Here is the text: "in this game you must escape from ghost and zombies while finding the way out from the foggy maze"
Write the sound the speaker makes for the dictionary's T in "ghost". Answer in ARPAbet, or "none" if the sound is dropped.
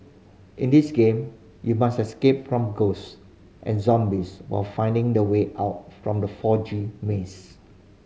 T